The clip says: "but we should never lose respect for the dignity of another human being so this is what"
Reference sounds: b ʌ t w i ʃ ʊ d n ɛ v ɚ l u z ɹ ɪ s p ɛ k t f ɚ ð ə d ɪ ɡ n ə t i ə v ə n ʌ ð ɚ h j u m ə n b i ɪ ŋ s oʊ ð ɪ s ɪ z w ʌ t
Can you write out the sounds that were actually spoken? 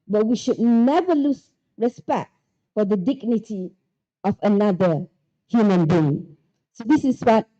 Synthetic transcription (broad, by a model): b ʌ t w i ʃ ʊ d n ɛ v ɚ l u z ɹ ɪ s p ɛ k t f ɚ ð ə d ɪ ɡ n ə t i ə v ə n ʌ ð ɚ h j u m ə n b i ɪ ŋ s oʊ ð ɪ s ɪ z w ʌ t